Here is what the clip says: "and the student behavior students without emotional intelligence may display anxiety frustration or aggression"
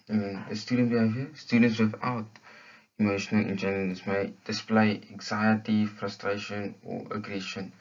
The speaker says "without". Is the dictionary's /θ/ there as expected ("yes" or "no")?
no